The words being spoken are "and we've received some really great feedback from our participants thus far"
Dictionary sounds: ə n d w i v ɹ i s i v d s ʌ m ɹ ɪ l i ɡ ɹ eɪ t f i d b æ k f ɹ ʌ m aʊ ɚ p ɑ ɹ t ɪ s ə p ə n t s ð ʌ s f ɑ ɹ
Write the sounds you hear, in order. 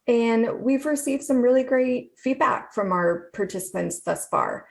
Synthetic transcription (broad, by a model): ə n w i v ɹ i s i v d s ʌ m ɹ ɪ l i ɡ ɹ eɪ t f i d b æ k f ɹ ʌ m aʊ ɚ p ɑ ɹ t ɪ s ə p ə n t s ð ʌ s f ɑ ɹ